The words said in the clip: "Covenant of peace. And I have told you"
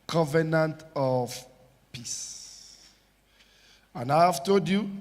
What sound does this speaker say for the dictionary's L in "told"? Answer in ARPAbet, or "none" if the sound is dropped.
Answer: none